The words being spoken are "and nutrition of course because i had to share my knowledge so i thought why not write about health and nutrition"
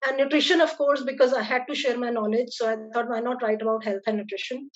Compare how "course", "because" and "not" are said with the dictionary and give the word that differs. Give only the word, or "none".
none